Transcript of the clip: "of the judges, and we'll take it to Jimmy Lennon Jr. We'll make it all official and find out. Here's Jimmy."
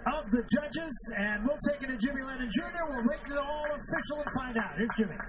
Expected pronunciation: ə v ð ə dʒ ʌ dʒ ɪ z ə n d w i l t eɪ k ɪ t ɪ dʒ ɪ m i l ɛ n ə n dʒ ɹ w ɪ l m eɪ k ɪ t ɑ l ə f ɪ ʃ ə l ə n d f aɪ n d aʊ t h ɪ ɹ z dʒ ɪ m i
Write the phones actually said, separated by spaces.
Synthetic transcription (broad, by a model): ə v ð ə dʒ ʌ dʒ ɪ z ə n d w i l t eɪ k ɪ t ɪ dʒ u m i l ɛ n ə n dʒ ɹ w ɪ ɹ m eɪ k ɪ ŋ ɑ l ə f ɪ ʃ l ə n f aɪ n d aʊ t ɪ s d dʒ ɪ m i